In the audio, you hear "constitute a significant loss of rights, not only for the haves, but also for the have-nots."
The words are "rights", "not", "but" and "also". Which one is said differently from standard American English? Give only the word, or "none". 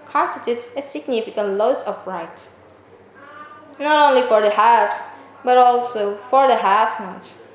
rights